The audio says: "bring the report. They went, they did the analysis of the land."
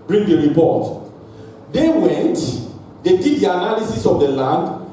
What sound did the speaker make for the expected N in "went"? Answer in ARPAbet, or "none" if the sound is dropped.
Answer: N